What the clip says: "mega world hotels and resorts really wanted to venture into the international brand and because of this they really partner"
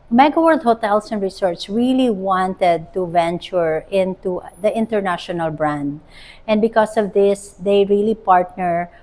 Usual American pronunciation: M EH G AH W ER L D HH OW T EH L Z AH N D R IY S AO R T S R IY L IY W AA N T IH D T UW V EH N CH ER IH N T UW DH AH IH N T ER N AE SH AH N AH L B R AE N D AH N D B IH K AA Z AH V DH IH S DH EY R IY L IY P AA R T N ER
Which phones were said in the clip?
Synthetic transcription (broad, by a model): M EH G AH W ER L D HH OW T EH L S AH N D R IY S AO R T S R IY L IY W AA N T IH D T UW V EH N CH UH IH N T UW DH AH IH N T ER N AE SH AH N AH L B R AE N D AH N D B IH K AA S AH V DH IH S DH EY R IY L IY P AA R T N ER